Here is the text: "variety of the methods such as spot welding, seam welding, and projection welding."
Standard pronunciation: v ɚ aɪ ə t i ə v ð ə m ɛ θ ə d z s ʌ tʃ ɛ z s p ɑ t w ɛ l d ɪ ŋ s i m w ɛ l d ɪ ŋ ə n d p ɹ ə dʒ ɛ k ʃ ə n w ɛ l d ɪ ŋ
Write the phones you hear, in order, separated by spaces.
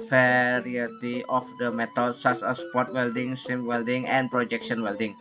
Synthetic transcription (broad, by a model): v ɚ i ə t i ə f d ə m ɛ t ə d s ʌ s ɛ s p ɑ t w ɛ l d ɪ ŋ s i m w ɛ l d ɪ ŋ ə n p ɹ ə dʒ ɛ k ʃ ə n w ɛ l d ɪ ŋ